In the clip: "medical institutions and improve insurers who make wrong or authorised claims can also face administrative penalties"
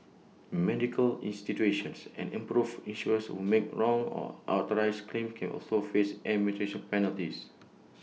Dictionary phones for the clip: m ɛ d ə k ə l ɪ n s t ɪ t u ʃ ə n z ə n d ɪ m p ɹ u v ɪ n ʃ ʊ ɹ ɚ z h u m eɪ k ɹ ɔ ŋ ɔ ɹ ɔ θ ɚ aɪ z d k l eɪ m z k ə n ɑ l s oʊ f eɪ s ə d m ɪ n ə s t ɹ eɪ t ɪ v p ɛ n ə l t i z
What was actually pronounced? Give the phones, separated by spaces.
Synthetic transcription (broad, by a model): m ɛ d ə k ə l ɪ n s t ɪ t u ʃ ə n s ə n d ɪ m p ɹ u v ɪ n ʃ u ɚ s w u m eɪ k ɹ ɔ ŋ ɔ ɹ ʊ t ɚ aɪ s k l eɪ m k ə n ɑ l s oʊ f eɪ s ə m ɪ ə t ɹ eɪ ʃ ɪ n p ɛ n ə l t i s